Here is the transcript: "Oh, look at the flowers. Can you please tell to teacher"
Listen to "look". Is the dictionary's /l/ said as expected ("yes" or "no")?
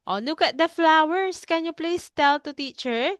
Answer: no